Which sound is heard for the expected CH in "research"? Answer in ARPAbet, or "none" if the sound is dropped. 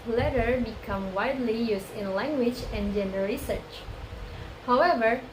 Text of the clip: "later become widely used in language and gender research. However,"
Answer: CH